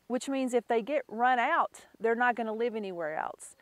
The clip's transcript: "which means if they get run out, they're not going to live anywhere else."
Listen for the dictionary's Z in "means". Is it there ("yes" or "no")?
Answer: yes